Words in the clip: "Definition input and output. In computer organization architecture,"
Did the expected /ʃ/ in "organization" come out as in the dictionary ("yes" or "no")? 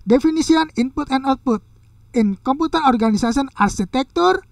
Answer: no